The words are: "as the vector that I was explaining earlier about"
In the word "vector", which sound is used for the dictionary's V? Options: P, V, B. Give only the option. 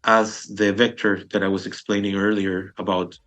V